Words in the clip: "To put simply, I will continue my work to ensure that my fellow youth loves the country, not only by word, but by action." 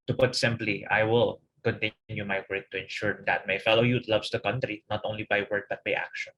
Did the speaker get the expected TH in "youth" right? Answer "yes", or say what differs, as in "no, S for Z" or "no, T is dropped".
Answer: no, T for TH